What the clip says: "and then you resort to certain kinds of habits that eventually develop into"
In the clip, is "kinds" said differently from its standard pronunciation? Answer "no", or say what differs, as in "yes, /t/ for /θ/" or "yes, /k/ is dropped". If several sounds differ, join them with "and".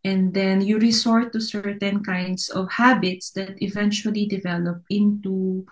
yes, /s/ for /z/